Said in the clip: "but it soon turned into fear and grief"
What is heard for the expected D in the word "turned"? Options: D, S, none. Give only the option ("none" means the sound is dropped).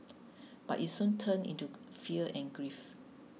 none